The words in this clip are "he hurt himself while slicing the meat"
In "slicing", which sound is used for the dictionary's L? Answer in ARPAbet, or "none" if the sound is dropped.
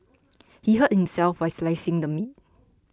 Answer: L